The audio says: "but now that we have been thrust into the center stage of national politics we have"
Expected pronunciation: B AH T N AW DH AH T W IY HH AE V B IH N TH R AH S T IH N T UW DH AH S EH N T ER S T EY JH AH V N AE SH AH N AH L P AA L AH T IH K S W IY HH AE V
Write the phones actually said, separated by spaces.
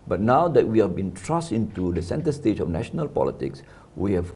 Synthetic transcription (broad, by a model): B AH T N AW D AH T W IY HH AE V B IH N T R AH S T IH N T UW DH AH S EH N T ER S T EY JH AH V N AE SH AH N AH L P AA L AH T IH K S W IY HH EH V